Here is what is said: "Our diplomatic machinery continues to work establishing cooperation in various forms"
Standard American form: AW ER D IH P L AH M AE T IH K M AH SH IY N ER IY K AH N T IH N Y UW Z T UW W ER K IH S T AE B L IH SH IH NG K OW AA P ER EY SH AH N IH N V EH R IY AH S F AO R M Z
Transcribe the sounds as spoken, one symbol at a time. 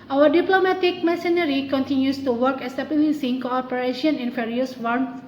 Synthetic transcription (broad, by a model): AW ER D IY P L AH M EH T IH K M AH S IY N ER IY K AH N T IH N Y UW S T UW W ER K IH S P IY L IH S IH NG K OW AA P ER EY SH AH N IH N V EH R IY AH S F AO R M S